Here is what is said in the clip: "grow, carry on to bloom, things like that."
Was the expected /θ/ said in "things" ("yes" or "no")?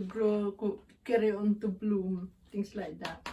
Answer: no